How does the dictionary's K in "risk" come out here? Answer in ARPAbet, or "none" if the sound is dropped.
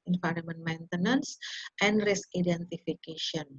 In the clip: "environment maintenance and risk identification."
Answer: none